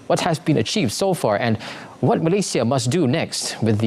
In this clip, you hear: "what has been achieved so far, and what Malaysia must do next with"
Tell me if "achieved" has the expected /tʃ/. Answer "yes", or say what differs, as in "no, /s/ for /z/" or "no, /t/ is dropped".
yes